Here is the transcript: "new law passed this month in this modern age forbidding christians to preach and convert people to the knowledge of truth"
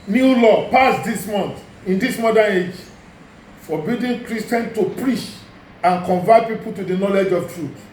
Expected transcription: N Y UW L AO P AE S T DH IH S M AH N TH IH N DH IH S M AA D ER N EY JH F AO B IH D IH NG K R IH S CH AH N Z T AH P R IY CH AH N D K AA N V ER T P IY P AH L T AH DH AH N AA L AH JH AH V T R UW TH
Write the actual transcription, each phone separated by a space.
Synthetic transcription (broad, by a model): N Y UW L AO P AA S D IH S M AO N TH IH N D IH S M AA D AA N EY JH F AO B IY D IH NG K R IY S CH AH N T AH P R IY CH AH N K AA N V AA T P IY P AH L T AH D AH N AA L AH JH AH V T R UW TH